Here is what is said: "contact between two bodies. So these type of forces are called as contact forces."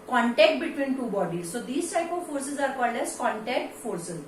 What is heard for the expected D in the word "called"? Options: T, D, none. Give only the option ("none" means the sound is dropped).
none